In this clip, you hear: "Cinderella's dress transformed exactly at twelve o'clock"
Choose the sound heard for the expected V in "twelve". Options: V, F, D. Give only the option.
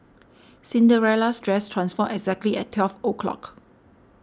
F